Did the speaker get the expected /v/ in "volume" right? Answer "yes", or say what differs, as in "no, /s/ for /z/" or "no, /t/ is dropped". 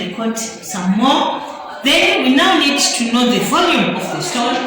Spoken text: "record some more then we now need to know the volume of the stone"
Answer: yes